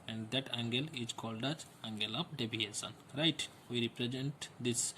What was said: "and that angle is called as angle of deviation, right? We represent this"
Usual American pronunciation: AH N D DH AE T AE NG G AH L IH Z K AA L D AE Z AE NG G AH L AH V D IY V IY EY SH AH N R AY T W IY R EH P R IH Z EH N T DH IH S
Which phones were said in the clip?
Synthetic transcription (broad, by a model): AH N D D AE T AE NG G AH L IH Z K AA L D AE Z AE NG G AH L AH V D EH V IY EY S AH N R AY T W IY R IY P R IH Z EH N T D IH S